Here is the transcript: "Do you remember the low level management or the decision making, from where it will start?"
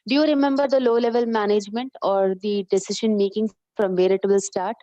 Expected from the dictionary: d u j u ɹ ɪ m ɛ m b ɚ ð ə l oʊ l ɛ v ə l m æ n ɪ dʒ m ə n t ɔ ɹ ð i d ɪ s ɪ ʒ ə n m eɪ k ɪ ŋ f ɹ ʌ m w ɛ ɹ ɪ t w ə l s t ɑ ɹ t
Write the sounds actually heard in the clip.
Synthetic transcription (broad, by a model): d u j u ɹ ɪ m ɛ m b ɚ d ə l oʊ l ɛ v ə l m æ n ɪ dʒ m ə n t ɔ ɹ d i d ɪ s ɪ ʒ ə n m eɪ k ɪ ŋ f ɹ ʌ m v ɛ ɹ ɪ t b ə l s t ɑ ɹ t